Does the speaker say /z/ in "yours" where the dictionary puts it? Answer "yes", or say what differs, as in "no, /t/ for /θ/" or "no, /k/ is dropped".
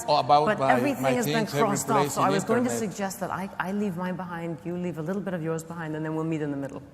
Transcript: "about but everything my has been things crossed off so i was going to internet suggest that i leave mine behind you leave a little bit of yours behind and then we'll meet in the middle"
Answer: yes